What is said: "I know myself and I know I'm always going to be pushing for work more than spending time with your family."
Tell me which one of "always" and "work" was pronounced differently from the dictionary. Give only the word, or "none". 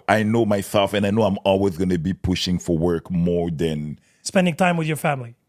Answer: none